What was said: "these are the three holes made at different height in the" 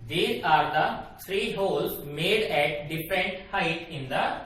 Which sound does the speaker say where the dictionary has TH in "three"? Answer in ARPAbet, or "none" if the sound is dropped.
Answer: S